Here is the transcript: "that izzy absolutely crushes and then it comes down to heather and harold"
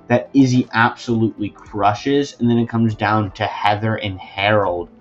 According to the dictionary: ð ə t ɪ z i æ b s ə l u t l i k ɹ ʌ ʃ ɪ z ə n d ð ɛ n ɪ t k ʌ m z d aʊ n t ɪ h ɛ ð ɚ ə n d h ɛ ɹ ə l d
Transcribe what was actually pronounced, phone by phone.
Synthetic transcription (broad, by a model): ð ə t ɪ z i æ b s ə l u t l i k ɹ ʌ ʃ ɪ z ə n ð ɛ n ɪ t k ʌ m z d aʊ n t ɪ h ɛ ð ɚ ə n h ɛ ɹ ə l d